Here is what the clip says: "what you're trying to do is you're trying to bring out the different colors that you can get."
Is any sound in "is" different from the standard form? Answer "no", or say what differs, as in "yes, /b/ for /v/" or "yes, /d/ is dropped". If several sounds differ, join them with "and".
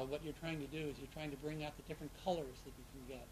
no